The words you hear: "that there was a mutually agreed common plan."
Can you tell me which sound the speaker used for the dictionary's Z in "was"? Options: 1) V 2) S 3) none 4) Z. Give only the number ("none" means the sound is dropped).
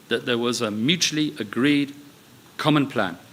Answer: 4